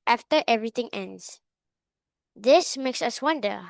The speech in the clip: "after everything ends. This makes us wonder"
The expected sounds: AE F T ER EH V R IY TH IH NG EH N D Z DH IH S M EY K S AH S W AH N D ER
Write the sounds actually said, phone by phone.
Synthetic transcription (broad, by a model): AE F T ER EH V R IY T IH NG EH N D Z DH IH S M EY K S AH S W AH N D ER